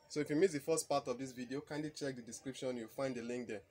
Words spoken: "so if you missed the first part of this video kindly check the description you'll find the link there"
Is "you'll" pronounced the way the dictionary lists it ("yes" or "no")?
no